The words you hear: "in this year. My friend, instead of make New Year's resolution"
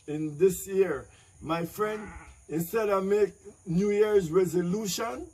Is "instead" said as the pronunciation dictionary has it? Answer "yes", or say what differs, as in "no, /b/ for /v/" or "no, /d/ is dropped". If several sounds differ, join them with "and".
yes